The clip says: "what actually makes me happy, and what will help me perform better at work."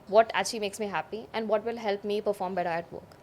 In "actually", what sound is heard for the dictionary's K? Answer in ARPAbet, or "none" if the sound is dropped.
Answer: none